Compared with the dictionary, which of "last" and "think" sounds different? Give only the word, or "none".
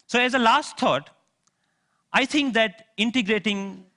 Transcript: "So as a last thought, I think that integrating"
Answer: think